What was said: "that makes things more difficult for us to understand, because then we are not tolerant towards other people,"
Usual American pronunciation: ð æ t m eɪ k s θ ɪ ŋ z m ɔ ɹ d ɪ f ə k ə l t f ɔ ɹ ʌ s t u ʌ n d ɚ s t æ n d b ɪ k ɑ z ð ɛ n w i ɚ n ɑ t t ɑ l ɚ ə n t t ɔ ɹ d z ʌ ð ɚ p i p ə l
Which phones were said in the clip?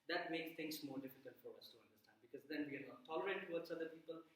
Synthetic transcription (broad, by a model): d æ t m eɪ k s t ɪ ŋ s m ɔ ɹ d ɪ f ə k ə l t f ɔ ɹ ʌ s t u ʌ n d ɚ s t æ n d b ɪ k ɑ z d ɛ n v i ɚ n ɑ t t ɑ l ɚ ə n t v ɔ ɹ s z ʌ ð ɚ p i p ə l